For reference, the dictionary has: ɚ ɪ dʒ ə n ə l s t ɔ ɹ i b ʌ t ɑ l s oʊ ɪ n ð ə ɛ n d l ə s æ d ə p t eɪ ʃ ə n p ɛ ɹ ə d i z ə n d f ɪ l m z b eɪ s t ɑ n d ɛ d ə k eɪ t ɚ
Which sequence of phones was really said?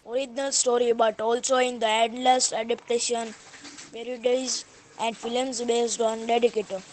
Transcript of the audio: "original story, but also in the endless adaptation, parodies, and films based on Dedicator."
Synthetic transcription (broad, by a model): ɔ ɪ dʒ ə n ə l s t ɔ ɹ i b ʌ t ɑ l s oʊ ɪ n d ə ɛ d l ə s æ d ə p t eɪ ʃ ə n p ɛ ɹ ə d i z ə n d f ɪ l m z b eɪ s t ɑ n d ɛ d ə k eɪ t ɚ